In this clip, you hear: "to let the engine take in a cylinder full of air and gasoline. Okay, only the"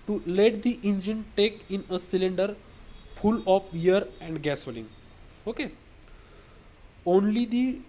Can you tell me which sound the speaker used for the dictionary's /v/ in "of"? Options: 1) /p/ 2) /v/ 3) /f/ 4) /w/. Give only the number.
1